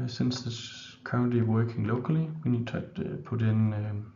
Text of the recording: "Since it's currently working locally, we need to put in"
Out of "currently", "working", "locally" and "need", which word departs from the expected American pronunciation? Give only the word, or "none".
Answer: currently